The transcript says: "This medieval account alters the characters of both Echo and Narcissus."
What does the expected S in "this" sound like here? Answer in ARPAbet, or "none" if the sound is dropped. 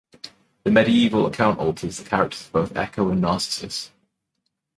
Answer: none